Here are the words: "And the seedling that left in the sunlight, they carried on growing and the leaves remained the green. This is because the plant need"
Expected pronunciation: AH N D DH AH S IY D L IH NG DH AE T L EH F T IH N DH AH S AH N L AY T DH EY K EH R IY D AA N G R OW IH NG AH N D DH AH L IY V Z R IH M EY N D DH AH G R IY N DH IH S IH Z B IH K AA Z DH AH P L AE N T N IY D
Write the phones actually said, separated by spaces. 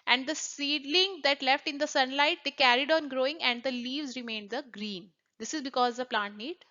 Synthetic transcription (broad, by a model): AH N D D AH S IY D L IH NG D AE T L EH F T IH N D AH S AH N L AY T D EY K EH R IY D AA N G R OW IH NG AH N D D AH L IY V Z R IH M EY N D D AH G R IY N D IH S IH Z B IH K AA Z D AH P L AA N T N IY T